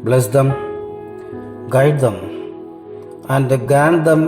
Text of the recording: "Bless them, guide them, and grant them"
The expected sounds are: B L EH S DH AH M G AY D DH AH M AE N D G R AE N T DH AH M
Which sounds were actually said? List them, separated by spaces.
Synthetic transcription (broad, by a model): B L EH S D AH M G AY D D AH M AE N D G AE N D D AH M